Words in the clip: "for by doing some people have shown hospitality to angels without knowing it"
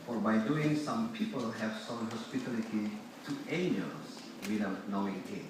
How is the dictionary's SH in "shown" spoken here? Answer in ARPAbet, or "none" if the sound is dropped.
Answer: S